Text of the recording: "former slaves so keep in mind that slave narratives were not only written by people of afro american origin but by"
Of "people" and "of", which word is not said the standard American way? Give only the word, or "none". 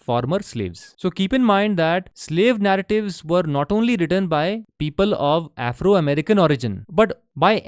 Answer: none